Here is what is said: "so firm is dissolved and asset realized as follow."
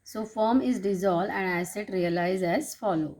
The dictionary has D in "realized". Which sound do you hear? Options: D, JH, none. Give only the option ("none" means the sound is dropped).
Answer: none